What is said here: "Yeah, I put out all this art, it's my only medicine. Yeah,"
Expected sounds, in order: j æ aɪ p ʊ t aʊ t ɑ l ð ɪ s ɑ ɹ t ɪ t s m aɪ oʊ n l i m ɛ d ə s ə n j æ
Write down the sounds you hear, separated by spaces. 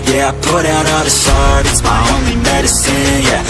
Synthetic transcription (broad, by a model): j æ aɪ p ʊ t aʊ t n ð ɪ ʃ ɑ ɹ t ɪ t s m aɪ oʊ n l i m ɛ d ə s ə n j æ